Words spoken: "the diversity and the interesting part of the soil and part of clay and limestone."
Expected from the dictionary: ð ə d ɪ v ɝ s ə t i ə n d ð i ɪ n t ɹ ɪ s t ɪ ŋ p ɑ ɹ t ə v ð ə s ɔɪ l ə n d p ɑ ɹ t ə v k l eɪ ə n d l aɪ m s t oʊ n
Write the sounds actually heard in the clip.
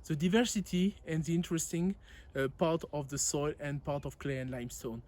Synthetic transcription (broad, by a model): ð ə d ɪ v ɝ s ə t i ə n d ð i ɪ n t ɹ ɪ s t ɪ ŋ p ɑ ɹ t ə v ð ə s ɔɪ l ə n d p ɑ ɹ t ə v k l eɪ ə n l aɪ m s t oʊ n